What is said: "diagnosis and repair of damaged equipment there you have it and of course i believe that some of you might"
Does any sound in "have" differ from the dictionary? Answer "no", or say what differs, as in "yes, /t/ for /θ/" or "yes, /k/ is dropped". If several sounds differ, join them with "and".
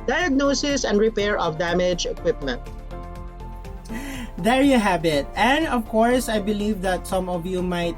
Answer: yes, /b/ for /v/